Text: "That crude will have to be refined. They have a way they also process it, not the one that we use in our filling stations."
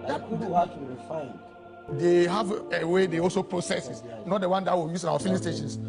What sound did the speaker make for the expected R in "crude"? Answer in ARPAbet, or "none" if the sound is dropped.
none